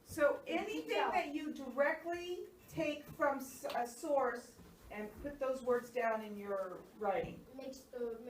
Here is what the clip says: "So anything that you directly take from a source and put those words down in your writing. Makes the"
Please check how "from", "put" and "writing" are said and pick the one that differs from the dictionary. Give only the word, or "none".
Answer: none